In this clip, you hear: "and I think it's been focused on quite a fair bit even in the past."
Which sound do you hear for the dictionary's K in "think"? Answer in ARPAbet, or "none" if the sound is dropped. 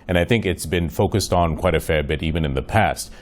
K